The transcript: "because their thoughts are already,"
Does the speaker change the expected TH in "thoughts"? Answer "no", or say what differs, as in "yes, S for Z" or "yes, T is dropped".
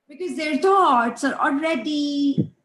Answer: yes, T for TH